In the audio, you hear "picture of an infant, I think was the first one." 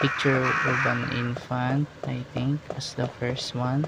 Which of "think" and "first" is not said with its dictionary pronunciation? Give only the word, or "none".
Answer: think